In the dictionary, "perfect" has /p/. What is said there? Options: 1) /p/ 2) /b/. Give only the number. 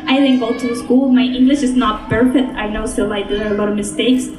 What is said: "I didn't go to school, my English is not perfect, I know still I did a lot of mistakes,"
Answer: 2